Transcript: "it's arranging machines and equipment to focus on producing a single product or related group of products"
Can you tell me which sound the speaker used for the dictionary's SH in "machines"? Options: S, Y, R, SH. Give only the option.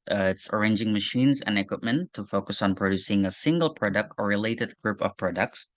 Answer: SH